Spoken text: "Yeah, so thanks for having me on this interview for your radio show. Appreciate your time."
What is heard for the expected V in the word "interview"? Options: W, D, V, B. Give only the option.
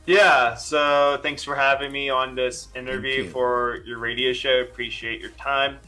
V